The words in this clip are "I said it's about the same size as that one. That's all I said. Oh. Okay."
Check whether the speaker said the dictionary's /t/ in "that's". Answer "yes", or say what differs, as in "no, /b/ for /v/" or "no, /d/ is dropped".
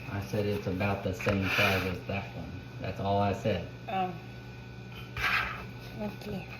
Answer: yes